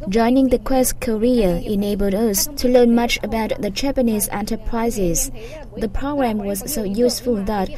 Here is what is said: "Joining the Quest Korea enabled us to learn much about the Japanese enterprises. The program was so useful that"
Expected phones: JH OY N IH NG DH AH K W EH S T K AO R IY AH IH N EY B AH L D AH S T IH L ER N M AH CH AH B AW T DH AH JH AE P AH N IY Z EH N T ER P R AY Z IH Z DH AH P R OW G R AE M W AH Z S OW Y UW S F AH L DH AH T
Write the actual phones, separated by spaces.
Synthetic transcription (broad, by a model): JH OY N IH NG DH AH K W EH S K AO R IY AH IH N EY B AH L D AH S T IH L ER N M AH CH AH B AW T DH AH JH AE P AH N IY Z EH N T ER P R AY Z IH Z DH AH P R OW G R AE M W AH Z S OW Y UW S F AH L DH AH T